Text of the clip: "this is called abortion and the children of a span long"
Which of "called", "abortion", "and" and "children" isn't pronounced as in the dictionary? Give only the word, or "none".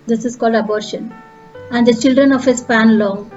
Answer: none